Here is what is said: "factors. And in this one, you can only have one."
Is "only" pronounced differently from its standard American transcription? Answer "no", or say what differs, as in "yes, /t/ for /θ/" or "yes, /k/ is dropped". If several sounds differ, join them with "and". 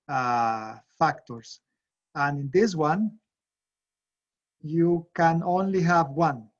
no